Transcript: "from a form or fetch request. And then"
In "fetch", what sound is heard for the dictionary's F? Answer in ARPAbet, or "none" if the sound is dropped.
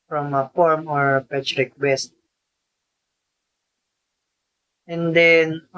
P